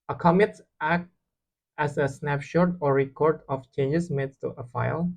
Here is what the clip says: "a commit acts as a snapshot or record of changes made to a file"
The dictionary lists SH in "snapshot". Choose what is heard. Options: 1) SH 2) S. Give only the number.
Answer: 1